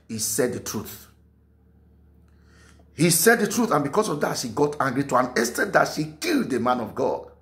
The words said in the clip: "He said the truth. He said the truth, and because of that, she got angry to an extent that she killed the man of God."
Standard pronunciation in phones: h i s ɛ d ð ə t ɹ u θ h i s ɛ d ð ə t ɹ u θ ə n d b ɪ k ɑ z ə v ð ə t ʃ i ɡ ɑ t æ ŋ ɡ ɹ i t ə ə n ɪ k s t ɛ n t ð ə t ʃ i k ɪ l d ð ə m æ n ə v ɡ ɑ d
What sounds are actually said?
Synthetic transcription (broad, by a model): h i s ɛ d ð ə t ɹ u θ h i s ɛ d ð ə t ɹ u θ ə n b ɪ k ɑ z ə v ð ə t ʃ i ɡ ɑ t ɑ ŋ ɡ ɹ i t ə ə n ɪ s t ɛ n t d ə t ʃ i k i l d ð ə m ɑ n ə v ɡ ɑ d